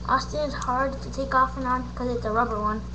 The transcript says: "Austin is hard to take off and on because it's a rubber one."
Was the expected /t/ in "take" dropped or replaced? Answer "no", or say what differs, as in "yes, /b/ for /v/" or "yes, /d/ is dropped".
no